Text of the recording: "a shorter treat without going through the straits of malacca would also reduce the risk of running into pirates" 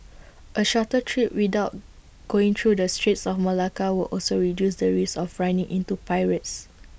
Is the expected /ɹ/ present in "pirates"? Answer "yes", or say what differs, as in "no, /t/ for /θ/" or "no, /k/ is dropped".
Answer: yes